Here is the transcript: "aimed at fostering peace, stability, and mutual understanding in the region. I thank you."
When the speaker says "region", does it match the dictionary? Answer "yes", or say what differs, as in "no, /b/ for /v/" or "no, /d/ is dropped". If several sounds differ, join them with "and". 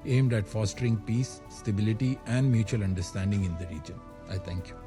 yes